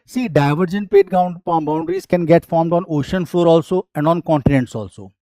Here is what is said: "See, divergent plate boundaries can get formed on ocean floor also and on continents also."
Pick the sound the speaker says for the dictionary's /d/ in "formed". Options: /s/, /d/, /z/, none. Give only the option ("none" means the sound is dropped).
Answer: /d/